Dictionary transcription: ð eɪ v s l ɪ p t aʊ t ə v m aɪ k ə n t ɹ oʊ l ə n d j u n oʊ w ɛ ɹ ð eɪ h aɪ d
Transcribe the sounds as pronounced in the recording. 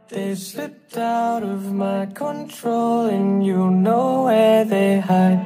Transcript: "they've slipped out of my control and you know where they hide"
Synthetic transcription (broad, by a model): ð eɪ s ɪ t aʊ t ə v m aɪ k ə n t ɹ oʊ l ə n j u n oʊ w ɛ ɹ ð eɪ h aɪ